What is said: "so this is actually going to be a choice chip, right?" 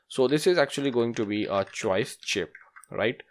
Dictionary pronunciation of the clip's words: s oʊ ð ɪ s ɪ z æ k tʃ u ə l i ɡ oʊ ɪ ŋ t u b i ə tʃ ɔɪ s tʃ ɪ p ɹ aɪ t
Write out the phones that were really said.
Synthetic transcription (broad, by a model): s oʊ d ɪ s ɪ z æ k tʃ u ə l i ɡ oʊ ɪ ŋ t u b i ə tʃ ɔɪ s tʃ ɪ p ɹ aɪ t